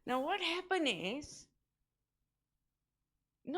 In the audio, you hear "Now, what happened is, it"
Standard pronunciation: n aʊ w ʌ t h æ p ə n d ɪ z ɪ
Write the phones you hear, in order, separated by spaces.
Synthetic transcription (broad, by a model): n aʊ w ʌ t h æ p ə n ɪ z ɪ